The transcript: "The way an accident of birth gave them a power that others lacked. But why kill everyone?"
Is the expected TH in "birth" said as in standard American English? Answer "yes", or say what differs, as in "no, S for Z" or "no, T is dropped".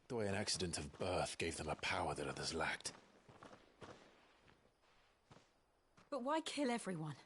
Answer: yes